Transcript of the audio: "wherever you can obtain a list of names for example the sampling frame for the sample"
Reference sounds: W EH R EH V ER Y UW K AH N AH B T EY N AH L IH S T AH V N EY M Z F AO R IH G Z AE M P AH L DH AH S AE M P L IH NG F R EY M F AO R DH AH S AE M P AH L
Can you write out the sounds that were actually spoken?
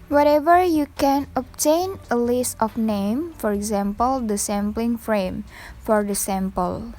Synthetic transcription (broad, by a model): W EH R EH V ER Y UW K AH N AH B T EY N AH L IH S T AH F N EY M F AO R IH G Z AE M P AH L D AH S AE M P L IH NG F R EY M F AO R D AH S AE M P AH L